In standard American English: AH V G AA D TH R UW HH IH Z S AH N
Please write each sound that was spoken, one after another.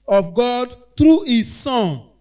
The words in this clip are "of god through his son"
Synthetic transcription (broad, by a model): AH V G AA D T R UW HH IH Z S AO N